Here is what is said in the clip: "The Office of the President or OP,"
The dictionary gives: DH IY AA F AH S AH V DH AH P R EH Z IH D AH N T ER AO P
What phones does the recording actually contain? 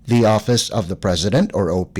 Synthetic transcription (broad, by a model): DH IY AA F AH S AH V DH AH P R EH Z IH D AH N T ER AO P